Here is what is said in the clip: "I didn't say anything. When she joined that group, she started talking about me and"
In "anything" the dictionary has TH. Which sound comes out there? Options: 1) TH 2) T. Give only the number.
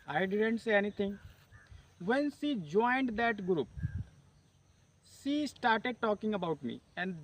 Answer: 2